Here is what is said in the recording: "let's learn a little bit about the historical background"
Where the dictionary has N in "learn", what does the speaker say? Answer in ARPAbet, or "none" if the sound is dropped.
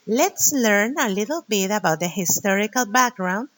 N